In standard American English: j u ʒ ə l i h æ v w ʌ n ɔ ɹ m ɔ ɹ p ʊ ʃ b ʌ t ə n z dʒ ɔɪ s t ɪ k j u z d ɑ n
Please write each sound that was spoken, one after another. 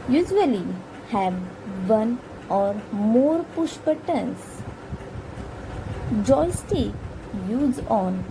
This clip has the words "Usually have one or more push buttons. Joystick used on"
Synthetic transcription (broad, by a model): j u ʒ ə l i h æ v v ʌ n ɔ ɹ m ɔ ɹ p ʊ ʃ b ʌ t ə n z dʒ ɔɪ s t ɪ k j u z ɑ n